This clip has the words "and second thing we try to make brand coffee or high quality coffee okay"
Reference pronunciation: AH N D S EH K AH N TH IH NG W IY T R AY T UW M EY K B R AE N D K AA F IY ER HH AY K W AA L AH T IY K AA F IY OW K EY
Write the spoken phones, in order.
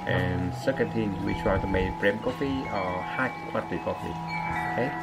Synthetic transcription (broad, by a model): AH N S EH K AH N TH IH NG W IY T R AY T UW M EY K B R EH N K AA F IY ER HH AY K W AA AH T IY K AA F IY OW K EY